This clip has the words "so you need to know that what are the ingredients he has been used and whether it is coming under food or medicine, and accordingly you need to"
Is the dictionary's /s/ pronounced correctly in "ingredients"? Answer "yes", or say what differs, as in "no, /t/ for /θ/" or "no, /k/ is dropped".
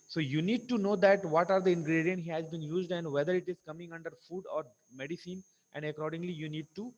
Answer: no, /s/ is dropped